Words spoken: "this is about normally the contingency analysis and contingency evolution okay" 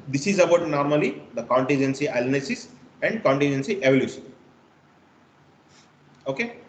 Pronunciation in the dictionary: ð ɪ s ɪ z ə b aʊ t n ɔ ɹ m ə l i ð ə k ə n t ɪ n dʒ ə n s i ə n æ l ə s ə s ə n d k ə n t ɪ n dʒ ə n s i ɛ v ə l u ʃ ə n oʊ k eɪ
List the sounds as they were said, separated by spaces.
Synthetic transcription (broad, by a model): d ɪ s ɪ z ə b aʊ t n ɔ ɹ m ə l i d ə k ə n t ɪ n dʒ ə n s i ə l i n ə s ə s ə n d k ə n t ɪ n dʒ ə n s i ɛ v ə l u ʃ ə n oʊ k eɪ